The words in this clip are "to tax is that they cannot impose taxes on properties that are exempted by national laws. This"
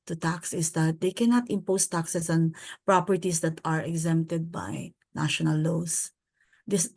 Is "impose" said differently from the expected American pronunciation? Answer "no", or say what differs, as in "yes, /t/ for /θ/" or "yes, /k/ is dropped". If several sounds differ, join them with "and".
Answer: yes, /s/ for /z/